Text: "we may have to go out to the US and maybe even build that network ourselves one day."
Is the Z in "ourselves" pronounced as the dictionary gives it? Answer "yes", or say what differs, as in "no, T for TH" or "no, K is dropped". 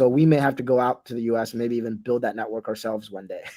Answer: yes